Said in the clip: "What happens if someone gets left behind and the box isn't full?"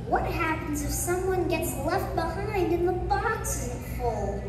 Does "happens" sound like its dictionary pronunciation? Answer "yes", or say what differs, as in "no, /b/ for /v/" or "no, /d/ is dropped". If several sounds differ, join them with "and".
yes